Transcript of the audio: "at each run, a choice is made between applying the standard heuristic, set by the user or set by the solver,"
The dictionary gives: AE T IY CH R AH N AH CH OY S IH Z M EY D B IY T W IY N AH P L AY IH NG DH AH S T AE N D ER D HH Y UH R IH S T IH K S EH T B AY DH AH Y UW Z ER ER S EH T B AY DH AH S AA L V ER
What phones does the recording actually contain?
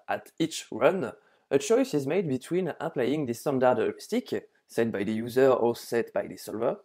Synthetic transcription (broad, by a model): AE T IY CH R AH N AH CH OY S IH Z M EY D B IY T W IY N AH P L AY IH NG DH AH S T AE N D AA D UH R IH S T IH K S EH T B AY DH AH Y UW Z ER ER S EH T B AY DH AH S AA L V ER